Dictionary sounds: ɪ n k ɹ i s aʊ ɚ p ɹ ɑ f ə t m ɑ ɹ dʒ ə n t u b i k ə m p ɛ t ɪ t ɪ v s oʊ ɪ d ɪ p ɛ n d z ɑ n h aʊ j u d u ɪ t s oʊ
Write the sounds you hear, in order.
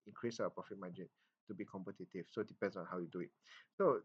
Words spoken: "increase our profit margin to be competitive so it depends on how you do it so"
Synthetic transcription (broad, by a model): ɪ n k ɹ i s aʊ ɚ p ɑ f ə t m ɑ dʒ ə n t u b i k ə m p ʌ t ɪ t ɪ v s oʊ d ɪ p ɛ n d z ɑ n h aʊ j u d u ɪ t s oʊ